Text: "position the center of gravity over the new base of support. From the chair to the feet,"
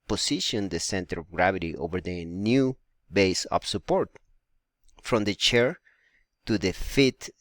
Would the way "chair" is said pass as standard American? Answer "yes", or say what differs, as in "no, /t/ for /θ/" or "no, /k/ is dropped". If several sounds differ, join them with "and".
yes